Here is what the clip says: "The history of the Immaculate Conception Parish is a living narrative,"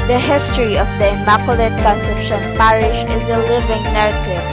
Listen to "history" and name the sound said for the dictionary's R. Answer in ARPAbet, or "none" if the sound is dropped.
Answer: R